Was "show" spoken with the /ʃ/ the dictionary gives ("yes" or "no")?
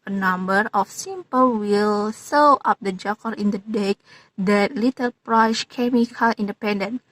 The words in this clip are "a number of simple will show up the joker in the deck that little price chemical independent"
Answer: no